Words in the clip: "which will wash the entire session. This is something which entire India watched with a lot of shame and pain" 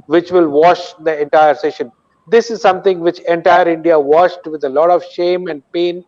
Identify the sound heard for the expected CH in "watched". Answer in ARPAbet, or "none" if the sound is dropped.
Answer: SH